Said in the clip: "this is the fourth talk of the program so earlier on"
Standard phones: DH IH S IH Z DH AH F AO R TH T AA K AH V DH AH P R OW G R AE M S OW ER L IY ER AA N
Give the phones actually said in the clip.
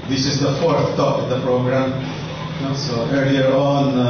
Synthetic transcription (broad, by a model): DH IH S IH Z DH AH F AO R TH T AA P AH V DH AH P R OW G R AE M S OW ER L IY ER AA N